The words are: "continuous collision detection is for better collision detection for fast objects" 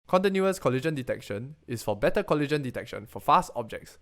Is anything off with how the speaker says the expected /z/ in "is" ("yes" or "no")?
yes